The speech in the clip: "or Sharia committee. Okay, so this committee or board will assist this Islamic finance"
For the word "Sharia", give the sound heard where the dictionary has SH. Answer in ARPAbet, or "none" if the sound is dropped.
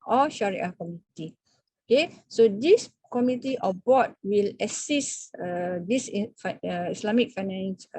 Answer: SH